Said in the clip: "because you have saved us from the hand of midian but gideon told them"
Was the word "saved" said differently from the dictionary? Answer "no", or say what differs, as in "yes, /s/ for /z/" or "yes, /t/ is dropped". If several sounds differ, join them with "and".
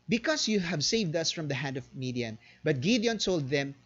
no